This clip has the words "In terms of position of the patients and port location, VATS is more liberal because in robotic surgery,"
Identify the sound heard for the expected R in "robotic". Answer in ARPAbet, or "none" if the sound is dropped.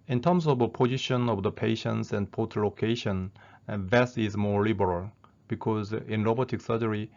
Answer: L